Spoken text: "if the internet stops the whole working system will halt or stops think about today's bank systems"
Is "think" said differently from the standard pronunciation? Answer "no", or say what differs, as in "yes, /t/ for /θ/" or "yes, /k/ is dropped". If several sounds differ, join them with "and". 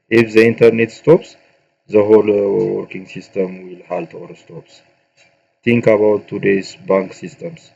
yes, /t/ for /θ/